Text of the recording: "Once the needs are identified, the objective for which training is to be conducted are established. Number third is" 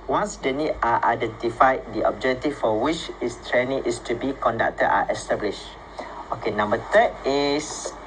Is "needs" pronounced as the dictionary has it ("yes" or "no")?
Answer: no